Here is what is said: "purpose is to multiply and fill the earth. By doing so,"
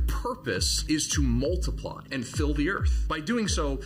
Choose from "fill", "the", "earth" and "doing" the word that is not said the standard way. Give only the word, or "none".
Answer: none